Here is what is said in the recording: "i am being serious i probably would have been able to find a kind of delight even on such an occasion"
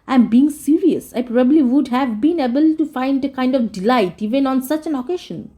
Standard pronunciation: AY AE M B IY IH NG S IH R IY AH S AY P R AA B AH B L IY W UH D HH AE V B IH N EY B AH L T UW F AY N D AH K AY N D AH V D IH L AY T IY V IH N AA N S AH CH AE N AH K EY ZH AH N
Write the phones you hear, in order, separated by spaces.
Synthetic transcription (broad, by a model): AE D B IY IH NG S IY R IY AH S AY P R AA B AH B L IY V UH D HH AE V B IH N EY B AH L T UW F AY N D AH K AY N D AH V D IH L AY T IY V IH N AA N S AH CH AE N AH K EY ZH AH N